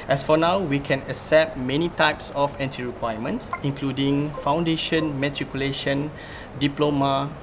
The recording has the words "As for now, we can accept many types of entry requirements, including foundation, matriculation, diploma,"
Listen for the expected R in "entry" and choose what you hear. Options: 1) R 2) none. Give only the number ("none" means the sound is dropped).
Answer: 2